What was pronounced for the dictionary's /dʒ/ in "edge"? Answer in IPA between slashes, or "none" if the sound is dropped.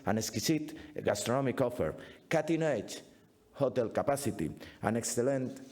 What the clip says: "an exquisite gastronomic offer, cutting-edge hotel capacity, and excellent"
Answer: /tʃ/